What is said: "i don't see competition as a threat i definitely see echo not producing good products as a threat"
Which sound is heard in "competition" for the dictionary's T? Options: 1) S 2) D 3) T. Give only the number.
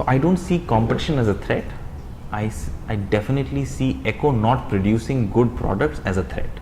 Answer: 3